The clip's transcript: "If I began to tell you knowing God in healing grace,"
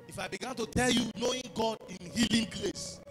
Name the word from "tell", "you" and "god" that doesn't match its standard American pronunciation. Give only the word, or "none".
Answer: none